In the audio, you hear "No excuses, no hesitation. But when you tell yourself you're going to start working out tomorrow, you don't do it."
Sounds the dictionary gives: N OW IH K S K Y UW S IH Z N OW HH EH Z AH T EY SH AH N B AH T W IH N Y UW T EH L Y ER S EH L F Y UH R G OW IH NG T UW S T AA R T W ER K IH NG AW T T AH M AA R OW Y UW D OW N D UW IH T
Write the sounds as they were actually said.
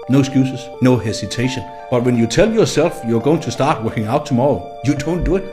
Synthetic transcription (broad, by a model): N OW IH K S K Y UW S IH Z N OW HH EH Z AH T EY SH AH N B AH T W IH N Y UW T EH L Y ER S EH L F Y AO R G OW IH NG T UW S T AA R T W ER K IH NG AW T T AH M AA R OW Y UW D OW N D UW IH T